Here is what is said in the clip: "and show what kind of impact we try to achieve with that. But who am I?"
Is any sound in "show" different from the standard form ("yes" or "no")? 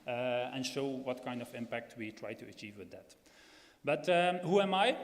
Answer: no